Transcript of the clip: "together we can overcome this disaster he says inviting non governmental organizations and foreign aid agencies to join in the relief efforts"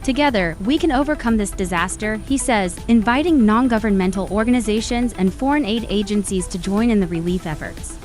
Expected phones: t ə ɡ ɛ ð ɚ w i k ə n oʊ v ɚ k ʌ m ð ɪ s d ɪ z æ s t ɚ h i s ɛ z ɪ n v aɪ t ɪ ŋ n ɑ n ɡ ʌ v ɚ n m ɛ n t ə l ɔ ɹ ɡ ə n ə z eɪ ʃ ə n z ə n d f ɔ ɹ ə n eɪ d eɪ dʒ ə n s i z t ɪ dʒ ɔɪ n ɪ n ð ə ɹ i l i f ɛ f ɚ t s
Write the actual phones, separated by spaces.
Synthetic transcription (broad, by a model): t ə ɡ ɛ ð ɚ w i k ə n oʊ v ɚ k ʌ m ð ɪ s d ɪ z æ s t ɚ h i s ɛ z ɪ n v aɪ t ɪ ŋ n ɑ n ɡ ʌ v ɚ n m ɛ n t l ɔ ɹ ɡ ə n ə z eɪ ʃ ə n z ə n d f ɔ ɹ ə n eɪ d eɪ dʒ ə n s i z t ɪ dʒ ɔɪ n ɪ n ð ə ɹ i l i f ɛ f ɚ t s